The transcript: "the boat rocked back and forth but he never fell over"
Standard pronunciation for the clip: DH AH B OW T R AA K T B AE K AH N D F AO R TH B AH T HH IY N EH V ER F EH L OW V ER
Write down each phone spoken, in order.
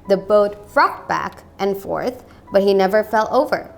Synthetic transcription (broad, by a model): DH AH B OW T R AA K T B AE K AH N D F AO R TH B AH T HH IY N EH V ER F EH L OW V ER